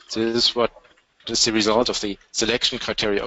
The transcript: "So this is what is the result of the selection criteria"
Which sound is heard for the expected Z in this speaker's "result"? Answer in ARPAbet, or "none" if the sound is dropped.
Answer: Z